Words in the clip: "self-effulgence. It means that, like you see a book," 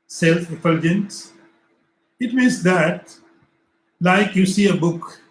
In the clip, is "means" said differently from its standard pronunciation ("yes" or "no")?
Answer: yes